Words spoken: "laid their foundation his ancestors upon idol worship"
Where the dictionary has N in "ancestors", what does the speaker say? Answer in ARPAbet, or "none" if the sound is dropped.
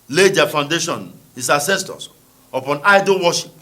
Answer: none